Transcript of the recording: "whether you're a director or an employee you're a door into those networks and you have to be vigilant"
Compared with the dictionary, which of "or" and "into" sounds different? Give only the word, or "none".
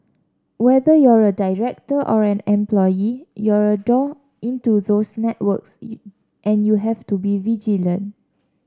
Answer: none